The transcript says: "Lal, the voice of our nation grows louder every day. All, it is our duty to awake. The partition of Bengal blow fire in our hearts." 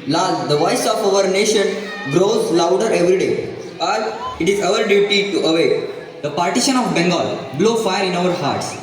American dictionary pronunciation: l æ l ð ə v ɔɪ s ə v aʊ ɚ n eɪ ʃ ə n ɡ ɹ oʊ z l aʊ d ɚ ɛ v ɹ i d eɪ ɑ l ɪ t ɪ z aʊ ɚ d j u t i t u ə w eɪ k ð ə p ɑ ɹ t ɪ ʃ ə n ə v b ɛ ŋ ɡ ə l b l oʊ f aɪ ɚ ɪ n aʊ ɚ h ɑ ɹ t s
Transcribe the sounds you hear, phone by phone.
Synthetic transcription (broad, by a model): l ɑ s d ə v ɔɪ s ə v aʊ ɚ n eɪ ʃ ə n ɡ ɹ oʊ z l aʊ d ɚ ɛ v ɹ i d eɪ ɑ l ɪ t ɪ z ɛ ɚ d j u t i t u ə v eɪ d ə p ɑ ɹ t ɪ ʃ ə n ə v b ɛ ŋ ɡ ə l b l oʊ f aɪ ɚ ɪ n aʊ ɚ h ɑ ɹ t s